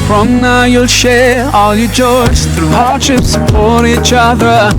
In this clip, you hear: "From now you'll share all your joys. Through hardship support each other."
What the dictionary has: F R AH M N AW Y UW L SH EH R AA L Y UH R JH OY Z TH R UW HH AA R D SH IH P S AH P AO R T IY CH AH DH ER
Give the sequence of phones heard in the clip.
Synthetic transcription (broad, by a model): F R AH M N AW Y UW L SH EH R AA L Y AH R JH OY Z TH R UW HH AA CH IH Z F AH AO R IY CH AH DH ER